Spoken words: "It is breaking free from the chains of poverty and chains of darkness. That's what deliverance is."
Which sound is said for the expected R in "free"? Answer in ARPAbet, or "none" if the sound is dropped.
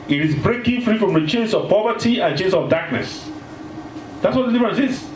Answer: R